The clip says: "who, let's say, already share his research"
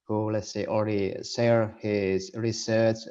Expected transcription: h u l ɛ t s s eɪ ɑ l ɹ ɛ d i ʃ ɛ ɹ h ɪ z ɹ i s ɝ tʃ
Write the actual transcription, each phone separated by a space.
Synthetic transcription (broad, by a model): h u l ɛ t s s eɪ ɑ l ɹ ɛ d i s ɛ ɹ h ɪ z ɹ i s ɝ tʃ